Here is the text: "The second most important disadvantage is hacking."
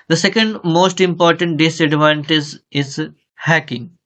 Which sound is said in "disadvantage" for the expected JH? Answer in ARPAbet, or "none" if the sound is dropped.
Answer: Z